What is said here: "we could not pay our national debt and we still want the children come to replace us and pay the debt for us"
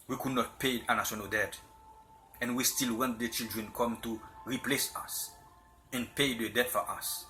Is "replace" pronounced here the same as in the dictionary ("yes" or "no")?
yes